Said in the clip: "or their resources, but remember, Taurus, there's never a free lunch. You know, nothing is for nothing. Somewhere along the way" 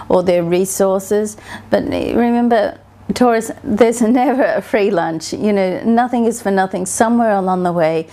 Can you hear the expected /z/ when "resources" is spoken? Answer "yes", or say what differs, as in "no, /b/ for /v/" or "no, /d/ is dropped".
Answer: yes